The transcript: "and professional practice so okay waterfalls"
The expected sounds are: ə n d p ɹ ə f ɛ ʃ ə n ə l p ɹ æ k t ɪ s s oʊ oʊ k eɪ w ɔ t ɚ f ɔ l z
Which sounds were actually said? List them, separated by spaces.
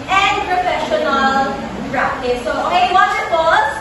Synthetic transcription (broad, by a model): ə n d p ɹ ə f ɛ ʃ ə n ə l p ɹ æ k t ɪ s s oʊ oʊ eɪ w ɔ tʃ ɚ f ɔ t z